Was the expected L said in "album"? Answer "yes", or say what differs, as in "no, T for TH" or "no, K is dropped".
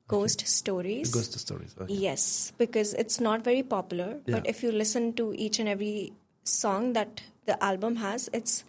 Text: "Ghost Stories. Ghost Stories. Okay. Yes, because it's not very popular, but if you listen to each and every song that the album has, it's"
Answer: yes